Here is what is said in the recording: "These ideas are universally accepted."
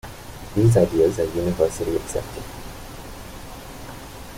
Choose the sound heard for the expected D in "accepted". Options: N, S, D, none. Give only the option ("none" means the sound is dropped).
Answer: none